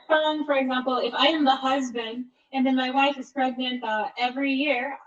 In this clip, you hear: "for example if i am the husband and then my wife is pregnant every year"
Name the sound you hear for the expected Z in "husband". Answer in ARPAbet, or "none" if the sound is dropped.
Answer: Z